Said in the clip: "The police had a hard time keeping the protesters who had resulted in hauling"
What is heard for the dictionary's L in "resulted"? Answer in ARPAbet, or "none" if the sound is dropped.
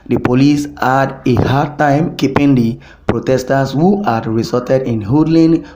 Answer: none